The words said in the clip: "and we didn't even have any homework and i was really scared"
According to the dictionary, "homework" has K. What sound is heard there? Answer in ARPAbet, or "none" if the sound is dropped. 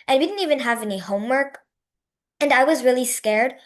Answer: K